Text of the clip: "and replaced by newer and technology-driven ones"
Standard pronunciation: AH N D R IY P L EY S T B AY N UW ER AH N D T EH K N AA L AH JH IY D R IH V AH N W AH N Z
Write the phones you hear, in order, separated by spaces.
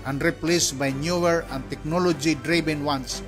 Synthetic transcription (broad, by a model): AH N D R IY P L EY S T B AY N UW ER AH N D T EH K N AA L AH JH IY D R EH B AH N W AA N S